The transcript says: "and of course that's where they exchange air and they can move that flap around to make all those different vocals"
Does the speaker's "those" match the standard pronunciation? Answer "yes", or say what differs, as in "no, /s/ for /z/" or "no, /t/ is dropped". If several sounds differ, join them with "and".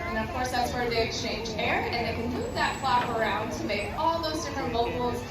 yes